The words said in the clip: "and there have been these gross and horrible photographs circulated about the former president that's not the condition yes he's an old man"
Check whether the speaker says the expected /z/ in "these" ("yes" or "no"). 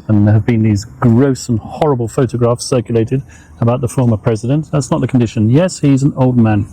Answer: yes